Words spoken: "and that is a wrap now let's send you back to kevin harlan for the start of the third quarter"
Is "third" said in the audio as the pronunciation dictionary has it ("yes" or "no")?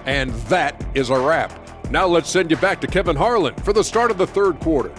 yes